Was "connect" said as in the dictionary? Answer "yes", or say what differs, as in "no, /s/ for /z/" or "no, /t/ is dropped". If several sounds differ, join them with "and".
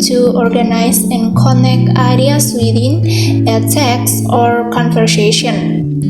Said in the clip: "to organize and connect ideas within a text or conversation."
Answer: no, /t/ is dropped